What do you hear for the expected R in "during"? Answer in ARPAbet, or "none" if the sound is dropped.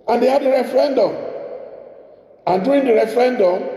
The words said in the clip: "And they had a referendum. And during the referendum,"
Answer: none